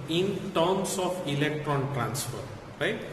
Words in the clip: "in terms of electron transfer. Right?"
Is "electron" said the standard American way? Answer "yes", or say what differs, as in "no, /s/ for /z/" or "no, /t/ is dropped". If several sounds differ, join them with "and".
yes